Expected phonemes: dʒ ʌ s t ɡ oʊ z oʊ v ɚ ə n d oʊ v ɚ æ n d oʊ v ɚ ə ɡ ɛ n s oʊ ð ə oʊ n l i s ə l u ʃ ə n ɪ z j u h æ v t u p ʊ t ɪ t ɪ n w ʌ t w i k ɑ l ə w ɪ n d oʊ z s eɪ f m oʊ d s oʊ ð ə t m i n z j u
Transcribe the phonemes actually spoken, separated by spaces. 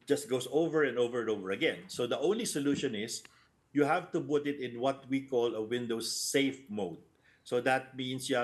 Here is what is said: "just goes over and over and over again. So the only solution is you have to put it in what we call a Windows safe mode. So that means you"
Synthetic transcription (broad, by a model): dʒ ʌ s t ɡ oʊ s oʊ v ɚ ə n d oʊ v ɚ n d oʊ v ɚ ə ɡ ɛ n s oʊ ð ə oʊ n l i s ə l u ʃ ə n ɪ s j u h æ v t u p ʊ t ɪ t ɪ n w ʌ t w i k ɑ l ə w ɪ n d oʊ s eɪ f m oʊ d s oʊ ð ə t m i n s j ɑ